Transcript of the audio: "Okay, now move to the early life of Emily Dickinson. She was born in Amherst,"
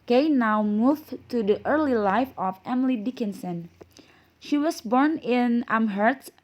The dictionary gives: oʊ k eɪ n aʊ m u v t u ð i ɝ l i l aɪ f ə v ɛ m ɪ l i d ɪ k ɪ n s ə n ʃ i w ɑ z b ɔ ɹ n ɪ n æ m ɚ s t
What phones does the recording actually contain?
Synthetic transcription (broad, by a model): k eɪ n aʊ m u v t u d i ɝ l i l aɪ f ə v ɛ m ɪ l i d ɪ k ɪ n s ə n ʃ i w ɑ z b ɔ ɹ n ɪ n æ m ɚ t